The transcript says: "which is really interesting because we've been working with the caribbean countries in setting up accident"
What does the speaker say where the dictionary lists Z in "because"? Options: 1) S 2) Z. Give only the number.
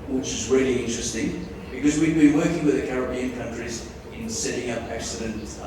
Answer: 2